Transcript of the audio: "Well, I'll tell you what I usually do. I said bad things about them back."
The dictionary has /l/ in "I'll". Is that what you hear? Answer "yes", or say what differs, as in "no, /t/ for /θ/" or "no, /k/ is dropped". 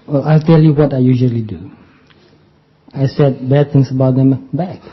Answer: yes